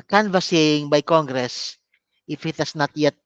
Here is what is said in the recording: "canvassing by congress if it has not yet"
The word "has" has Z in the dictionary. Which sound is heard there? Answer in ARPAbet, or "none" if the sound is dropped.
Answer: S